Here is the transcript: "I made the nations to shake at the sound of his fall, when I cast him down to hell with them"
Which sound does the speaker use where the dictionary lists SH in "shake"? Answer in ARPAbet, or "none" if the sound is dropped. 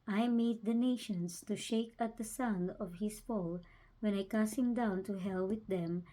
SH